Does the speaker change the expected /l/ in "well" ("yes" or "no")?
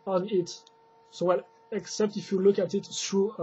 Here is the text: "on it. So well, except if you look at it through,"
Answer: no